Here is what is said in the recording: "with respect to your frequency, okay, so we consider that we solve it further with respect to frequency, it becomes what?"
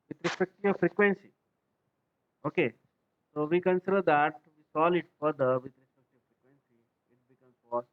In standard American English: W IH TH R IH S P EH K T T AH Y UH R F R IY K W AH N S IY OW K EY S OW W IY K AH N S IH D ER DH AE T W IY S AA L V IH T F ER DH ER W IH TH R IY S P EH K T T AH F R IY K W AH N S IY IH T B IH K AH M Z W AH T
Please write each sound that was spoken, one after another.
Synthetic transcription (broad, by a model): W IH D R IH S P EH K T T AH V F R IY K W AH N S IY OW K EY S OW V IY K AH N S IH D ER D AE T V IY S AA L IH T F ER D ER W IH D R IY S P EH K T T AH F R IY K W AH N S IY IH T B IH K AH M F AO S